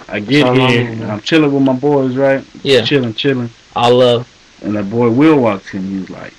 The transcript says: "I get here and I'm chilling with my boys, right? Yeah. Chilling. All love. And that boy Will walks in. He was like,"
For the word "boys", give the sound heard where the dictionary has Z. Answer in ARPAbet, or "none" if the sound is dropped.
Z